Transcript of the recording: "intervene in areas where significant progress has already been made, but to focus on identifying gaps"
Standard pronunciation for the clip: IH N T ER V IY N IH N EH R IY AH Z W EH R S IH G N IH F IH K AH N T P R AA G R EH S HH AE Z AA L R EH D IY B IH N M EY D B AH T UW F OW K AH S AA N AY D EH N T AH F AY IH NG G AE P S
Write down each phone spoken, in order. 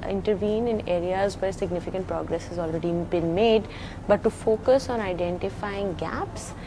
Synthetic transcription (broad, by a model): IH N T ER V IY N IH N EH R IY AH Z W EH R S IH G N IH F IH K AH N T P R AA G R EH S HH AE Z AA L R EH D IY B IH N M EY D B AH T UW F OW K AH S AA N AY D EH N T AH F AY IH NG G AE P S